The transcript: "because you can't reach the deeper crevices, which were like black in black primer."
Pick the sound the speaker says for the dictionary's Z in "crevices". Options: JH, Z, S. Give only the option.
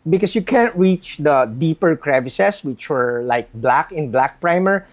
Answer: S